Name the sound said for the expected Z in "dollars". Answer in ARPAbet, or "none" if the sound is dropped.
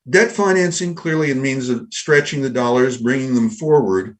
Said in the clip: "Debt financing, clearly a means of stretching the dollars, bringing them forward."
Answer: Z